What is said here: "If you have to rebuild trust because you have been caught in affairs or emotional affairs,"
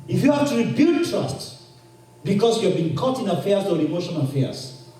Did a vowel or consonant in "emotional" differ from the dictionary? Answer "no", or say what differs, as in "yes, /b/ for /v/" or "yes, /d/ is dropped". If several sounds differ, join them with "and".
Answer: yes, /n/ is dropped and /n/ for /l/